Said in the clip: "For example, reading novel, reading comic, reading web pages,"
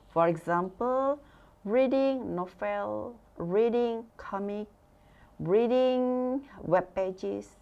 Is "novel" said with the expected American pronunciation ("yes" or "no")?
no